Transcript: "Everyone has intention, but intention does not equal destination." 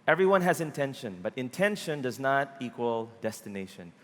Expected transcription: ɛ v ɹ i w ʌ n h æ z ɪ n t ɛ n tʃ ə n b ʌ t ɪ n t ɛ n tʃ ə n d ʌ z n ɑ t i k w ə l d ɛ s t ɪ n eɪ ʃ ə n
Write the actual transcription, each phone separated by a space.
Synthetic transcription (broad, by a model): ɛ v ɹ i w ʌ n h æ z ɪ n t ɛ n ʃ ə n b ʌ t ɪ n t ɛ n ʃ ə n d ʌ z n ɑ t i k w ə l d ɛ s t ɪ n eɪ ʃ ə n